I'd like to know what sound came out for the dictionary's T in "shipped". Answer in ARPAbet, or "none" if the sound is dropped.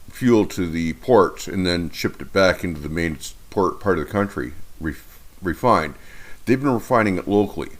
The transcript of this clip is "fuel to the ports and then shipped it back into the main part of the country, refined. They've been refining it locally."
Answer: T